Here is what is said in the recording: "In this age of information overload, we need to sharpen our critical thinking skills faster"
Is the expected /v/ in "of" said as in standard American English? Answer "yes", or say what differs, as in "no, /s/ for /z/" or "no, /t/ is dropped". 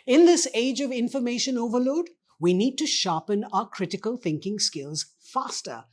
yes